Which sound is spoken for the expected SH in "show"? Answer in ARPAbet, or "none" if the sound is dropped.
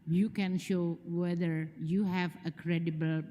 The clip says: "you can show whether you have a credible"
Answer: SH